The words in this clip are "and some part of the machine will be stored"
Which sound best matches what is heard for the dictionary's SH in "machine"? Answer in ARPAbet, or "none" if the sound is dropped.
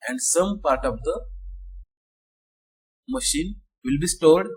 SH